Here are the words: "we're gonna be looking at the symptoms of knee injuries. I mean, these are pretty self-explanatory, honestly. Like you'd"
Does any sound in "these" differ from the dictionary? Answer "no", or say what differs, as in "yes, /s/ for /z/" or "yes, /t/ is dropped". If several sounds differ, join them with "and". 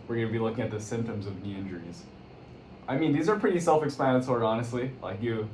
no